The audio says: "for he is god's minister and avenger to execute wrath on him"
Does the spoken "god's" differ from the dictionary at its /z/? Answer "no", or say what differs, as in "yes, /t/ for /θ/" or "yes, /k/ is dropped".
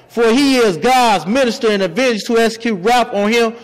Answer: no